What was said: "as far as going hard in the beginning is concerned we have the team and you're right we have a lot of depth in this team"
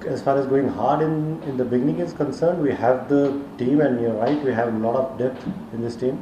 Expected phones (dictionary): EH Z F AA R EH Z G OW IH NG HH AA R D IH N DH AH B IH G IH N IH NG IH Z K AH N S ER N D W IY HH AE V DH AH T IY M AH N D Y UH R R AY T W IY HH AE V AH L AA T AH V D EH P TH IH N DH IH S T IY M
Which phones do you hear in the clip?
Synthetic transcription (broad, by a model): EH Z F AA R EH Z G OW IH NG HH AA R D IH N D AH B IH G IH N IH NG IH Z K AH N S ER N D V IY HH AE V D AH T IY M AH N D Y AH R R AY T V IY HH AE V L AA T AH P D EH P T IH N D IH S T IY M